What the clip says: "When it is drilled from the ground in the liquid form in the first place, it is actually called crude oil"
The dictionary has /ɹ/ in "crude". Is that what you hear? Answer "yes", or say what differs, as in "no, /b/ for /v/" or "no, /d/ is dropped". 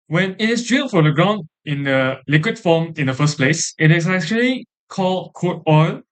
no, /ɹ/ is dropped